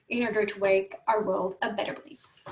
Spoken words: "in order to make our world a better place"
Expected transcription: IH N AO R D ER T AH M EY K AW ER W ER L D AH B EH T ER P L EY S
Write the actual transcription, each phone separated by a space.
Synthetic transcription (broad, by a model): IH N AO R D ER T AH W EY K AW ER W ER L D AH B EH T ER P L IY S